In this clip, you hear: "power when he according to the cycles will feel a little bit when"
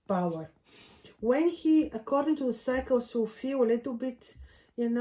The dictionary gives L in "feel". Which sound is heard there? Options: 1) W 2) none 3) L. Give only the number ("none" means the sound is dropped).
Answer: 1